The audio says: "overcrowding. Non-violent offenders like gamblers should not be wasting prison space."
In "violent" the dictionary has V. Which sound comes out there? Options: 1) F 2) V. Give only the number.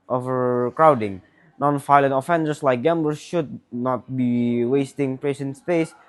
1